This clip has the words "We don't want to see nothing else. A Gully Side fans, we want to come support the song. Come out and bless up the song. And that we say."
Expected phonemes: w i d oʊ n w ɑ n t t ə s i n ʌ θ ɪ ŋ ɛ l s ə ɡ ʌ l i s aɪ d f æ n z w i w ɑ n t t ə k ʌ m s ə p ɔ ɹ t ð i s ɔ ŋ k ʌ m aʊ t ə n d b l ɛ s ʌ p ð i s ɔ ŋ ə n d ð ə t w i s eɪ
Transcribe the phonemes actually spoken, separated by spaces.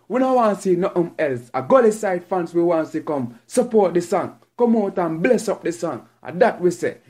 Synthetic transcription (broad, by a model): w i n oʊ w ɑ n s i n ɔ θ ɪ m ɛ l s ə ɡ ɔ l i s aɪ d f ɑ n s w i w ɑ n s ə k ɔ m s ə p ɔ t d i s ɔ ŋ k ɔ m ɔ t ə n b l ɛ s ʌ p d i s ɔ ŋ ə d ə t w i s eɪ